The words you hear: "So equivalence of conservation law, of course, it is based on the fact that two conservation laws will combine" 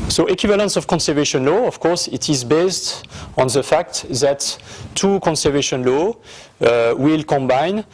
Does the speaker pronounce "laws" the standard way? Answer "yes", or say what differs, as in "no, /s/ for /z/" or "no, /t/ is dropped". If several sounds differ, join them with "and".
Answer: no, /z/ is dropped